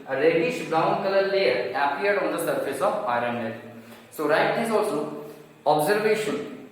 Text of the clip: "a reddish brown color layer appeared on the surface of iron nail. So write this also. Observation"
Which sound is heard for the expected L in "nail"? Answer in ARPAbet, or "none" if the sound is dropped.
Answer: N